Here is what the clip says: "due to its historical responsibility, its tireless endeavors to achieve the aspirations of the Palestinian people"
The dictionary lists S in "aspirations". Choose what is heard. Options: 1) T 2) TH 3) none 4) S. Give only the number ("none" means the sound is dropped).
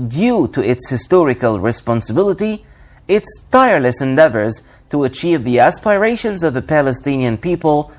4